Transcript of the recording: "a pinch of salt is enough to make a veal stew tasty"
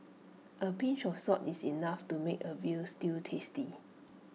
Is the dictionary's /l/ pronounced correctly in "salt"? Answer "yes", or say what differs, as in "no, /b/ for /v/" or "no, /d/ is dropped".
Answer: no, /l/ is dropped